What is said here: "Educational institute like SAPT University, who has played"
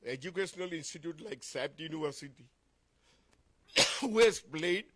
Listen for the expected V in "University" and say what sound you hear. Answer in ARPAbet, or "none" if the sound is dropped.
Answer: none